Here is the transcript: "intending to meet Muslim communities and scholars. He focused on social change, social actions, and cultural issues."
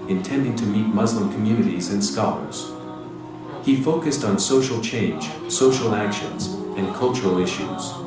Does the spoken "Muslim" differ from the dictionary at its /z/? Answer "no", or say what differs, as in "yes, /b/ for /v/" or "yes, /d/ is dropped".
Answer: no